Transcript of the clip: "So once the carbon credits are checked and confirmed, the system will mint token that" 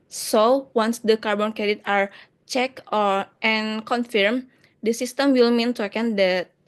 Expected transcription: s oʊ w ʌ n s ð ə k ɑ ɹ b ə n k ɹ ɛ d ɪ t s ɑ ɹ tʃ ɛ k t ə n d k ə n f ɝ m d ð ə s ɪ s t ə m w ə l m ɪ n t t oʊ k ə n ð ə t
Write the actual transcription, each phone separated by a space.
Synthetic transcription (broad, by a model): s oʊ w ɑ n s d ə k ɑ ɹ b ə n k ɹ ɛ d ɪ t ɑ ɹ tʃ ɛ k t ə n k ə n f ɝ m d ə s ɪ s t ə m w ə l m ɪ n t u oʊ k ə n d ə t